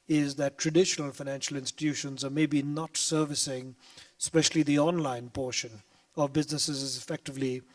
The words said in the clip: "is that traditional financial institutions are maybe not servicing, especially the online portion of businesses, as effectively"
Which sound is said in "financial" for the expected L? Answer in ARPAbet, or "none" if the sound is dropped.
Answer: L